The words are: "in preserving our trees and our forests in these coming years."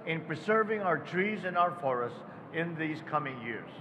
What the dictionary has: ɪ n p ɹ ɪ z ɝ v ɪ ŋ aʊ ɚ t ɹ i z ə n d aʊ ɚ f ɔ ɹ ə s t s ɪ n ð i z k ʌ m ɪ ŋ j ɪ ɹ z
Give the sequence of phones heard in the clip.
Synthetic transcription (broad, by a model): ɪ n p ɹ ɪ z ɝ v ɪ ŋ aʊ ɚ t ɹ i z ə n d aʊ ɚ f ɔ ɹ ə s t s ɪ n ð i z k ʌ m ɪ ŋ j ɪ ɹ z